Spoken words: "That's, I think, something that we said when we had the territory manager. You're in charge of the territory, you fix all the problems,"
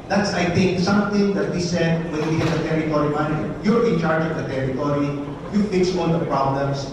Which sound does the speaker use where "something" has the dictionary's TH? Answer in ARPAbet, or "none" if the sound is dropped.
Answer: T